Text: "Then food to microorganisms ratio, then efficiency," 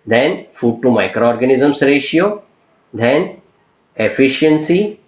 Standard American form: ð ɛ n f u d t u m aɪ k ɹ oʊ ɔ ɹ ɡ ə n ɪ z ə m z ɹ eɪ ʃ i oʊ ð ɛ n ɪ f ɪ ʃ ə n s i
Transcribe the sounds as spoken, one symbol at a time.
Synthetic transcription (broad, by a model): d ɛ n f u d t u m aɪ k ɹ oʊ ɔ ɹ ɡ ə n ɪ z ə m s ɹ eɪ ʃ i oʊ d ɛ n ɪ f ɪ ʃ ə n s i